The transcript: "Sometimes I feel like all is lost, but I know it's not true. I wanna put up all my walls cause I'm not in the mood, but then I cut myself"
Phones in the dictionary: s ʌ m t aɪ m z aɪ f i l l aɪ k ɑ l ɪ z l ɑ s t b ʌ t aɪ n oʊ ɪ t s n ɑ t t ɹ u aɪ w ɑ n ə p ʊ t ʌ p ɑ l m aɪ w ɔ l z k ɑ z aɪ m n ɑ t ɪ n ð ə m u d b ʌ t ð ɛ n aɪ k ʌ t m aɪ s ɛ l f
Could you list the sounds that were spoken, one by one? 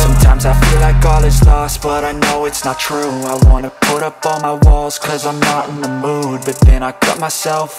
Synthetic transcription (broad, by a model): s ʌ m t aɪ m z aɪ f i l l aɪ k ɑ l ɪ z l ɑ s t b ʌ t aɪ n oʊ ɪ t s n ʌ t t ɹ u aɪ w ɑ n ə p ʊ t ʌ p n m aɪ w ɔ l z k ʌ z aɪ m n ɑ t ɪ n ð ə m u d b ʌ t ð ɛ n aɪ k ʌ t m aɪ s ɛ l f